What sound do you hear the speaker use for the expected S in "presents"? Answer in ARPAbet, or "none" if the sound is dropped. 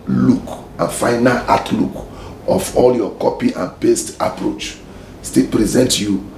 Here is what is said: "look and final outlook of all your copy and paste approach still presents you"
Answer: none